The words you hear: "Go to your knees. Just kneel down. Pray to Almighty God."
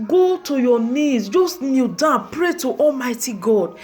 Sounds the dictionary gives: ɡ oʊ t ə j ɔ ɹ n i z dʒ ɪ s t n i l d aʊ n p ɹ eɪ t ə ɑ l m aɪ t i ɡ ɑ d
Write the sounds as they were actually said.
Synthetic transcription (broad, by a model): ɡ oʊ t ə j ɔ n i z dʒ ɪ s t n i d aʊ p ɹ eɪ t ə ɑ l m aɪ t i ɡ ɑ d